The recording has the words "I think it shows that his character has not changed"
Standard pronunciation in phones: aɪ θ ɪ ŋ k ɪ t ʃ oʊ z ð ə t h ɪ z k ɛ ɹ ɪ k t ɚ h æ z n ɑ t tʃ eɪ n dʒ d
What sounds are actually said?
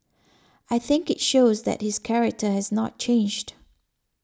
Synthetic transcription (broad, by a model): aɪ θ ɪ ŋ k ɪ t ʃ oʊ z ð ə t h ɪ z k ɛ ɹ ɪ k t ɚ h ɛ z n ɑ t tʃ eɪ n dʒ d